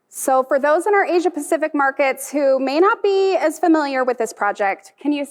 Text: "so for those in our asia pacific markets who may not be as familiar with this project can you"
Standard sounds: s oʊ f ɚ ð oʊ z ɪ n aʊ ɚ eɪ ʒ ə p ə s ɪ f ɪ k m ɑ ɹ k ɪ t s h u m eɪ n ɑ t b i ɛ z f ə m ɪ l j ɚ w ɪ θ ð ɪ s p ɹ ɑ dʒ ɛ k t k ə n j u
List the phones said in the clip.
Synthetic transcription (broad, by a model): s oʊ f ɚ ð oʊ z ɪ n aʊ ɚ eɪ ʒ ə p ə s ɪ f ɪ k m ɑ ɹ k ɪ t s h u m eɪ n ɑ t b i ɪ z f ə m ɪ l j ɚ w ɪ ð ɪ s p ɹ ɑ dʒ ɛ k t k ə n j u